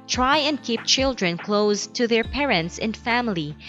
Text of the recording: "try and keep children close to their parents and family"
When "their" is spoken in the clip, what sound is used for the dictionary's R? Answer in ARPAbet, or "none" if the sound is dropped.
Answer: R